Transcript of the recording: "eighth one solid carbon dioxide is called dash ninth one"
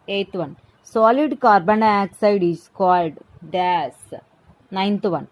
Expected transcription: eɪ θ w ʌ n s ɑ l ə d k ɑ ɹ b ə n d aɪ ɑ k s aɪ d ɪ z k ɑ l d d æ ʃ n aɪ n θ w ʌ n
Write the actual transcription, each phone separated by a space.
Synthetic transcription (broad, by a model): eɪ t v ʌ n s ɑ l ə d k ɑ ɹ b ə n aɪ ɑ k s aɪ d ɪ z k ɑ l d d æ s n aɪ n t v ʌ n